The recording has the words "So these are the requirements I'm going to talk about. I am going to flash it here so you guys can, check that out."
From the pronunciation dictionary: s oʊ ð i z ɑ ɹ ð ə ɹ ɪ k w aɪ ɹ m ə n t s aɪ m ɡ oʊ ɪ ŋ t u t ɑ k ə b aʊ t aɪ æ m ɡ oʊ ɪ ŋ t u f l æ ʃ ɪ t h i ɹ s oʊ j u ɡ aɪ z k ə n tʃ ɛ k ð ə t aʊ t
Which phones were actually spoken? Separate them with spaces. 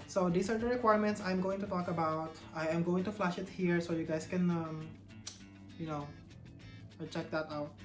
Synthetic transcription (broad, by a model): s oʊ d i s ɑ ɹ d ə ɹ ɪ k w aɪ ɹ m ə n t s aɪ m ɡ oʊ ɪ ŋ t u t ɑ k ə b aʊ t aɪ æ m ɡ oʊ ɪ ŋ t u f l æ ʃ ɪ t h i ɹ s oʊ j u ɡ aɪ s k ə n tʃ ɛ k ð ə t aʊ t